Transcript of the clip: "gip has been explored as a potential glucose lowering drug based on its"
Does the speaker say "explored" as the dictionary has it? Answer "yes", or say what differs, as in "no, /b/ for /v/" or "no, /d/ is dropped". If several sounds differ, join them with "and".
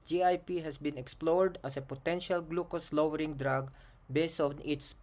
yes